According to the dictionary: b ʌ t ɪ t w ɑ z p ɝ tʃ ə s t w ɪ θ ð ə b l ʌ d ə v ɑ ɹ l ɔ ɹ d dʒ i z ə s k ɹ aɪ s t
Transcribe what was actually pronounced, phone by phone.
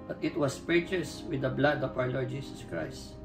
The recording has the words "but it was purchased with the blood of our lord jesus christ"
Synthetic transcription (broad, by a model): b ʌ t ɪ t w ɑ s p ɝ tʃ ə s w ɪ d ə b l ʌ d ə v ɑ w l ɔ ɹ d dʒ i s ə s k ɹ aɪ s t